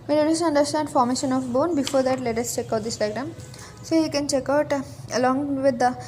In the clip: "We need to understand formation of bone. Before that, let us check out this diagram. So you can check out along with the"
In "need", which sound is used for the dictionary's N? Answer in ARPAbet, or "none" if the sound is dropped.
L